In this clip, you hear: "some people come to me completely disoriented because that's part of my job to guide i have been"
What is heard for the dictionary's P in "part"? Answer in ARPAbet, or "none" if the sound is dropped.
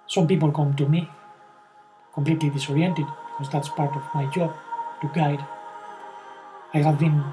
P